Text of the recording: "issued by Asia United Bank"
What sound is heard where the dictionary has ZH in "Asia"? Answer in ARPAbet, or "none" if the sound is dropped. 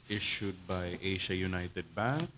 SH